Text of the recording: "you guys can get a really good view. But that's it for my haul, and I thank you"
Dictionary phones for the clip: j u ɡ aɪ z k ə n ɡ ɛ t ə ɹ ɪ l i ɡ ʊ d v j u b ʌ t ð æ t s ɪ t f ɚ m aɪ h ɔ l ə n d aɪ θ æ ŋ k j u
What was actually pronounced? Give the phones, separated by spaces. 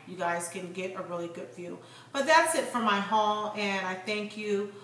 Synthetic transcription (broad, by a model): j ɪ ɡ aɪ z k ə n ɡ ɛ t ə ɹ ɪ l i ɡ ʊ d f j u b ʌ t ð æ t s ɪ t f ɚ m aɪ h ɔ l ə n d aɪ θ æ ŋ k j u